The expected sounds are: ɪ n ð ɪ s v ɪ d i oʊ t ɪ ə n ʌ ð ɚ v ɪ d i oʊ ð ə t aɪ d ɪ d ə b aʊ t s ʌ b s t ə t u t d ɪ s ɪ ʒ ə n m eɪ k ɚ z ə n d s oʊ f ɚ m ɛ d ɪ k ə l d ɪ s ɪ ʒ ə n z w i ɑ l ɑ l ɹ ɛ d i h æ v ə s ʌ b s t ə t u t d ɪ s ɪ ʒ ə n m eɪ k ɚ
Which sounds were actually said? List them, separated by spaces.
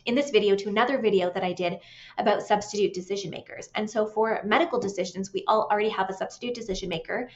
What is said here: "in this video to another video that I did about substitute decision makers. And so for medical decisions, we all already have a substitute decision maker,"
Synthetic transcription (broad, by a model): ɪ n ð ɪ s v ɪ d i oʊ t ɪ ə n ʌ ð ɚ v ɪ d i oʊ ð ə t aɪ d ɪ d ə b aʊ t s ʌ b s t ə t u t d ɪ s ɪ ʒ ə n m eɪ k ɚ z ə n s oʊ f ɚ m ɛ d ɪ k l d ɪ s ɪ ʒ ə n z w i ɑ l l ɹ ɛ d i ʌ v ə s ʌ b s t ə t u t d ɪ s ɪ ʒ ə n m eɪ k ɚ